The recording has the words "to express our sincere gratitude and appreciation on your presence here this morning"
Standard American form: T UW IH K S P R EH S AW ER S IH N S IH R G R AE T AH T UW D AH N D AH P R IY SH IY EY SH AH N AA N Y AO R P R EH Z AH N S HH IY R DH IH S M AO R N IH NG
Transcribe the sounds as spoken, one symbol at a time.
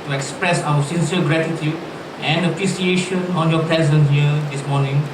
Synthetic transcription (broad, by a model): T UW IH K S P R EH S AW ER S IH N S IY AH G R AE T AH T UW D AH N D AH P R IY S IY EY SH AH N AA N Y AO P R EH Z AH N HH IY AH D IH S M AO N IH NG